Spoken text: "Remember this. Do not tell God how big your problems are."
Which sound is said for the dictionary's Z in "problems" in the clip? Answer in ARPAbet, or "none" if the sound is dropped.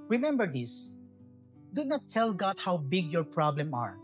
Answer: none